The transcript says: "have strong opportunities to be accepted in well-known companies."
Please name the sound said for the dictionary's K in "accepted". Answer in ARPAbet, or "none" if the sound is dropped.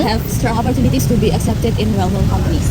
K